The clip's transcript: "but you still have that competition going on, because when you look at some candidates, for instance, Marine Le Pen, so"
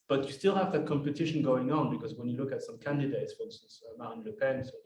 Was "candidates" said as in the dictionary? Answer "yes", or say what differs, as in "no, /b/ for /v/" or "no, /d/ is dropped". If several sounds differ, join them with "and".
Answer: yes